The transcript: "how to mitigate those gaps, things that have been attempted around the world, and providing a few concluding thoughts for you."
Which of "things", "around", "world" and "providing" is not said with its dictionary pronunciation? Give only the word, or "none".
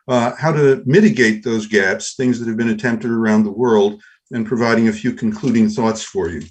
none